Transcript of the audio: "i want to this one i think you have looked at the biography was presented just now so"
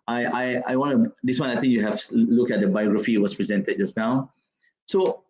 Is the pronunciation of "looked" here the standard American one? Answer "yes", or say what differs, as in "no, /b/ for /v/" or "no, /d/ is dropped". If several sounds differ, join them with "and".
no, /t/ is dropped